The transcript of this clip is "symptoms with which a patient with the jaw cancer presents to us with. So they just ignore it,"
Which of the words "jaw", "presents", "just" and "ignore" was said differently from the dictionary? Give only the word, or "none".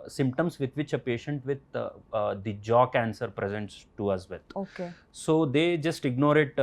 none